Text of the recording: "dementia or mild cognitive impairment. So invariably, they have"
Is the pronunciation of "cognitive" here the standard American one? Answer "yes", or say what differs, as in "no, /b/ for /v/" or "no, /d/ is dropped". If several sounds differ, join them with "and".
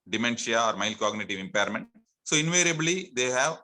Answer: yes